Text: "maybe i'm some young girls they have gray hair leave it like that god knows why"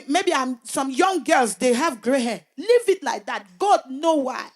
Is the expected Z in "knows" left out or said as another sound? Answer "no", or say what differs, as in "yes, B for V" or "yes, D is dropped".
yes, Z is dropped